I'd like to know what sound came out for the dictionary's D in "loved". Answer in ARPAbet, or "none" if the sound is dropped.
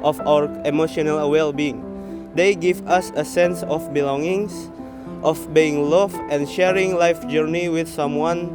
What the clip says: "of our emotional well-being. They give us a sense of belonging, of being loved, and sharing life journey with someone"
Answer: none